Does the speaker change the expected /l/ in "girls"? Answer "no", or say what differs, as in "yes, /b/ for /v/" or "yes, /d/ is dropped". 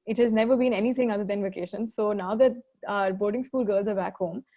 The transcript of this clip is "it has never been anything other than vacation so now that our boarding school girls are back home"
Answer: no